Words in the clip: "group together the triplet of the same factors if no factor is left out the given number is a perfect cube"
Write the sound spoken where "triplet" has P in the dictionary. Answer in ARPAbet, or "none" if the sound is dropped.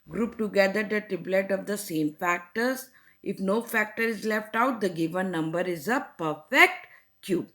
B